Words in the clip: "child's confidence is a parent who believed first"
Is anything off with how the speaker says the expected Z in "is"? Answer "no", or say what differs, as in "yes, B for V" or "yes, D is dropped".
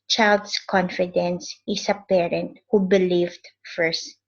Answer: yes, S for Z